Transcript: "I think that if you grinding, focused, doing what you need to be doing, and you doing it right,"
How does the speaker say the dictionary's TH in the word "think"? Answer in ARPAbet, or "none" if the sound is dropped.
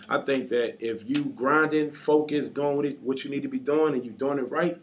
TH